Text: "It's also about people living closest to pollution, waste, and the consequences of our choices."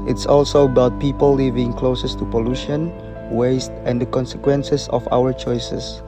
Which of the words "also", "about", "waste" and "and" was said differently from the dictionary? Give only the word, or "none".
none